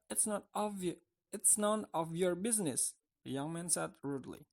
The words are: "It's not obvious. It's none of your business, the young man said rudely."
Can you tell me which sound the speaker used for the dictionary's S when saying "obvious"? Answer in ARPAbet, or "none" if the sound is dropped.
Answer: none